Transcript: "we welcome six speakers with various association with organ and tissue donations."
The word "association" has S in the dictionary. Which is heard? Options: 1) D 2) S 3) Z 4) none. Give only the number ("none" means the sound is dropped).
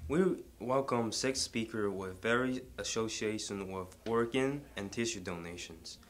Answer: 4